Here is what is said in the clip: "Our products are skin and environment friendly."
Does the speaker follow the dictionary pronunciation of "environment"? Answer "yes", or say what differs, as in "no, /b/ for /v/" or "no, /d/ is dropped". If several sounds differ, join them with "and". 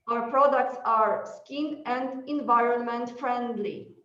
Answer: yes